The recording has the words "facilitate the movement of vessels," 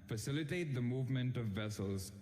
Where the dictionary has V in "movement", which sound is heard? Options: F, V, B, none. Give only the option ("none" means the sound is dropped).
V